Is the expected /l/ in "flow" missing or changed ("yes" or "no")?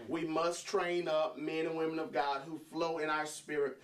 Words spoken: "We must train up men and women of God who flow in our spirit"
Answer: no